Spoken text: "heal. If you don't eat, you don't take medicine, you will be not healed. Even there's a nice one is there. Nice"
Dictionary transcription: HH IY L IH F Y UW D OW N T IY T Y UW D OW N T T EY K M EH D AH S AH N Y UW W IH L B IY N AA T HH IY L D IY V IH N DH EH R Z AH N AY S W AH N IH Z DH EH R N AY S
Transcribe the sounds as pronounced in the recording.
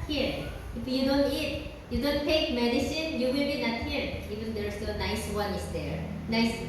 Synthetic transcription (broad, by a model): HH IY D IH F Y UW D OW N T IY T Y UW D OW N T T EY K M EH D AH S AH N Y UW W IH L B IY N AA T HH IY D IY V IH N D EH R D AH N AY S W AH N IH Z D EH R N AY S